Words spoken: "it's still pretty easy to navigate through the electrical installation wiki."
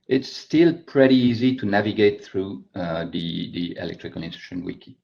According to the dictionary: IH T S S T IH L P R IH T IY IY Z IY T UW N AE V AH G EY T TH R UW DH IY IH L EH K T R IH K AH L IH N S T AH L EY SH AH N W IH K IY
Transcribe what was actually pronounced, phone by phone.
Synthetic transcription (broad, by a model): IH T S S T IH L P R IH T IY IY Z IY T UW N AE V AH G EY T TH R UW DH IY IH L EH K T R IH K AH L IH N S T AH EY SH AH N W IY K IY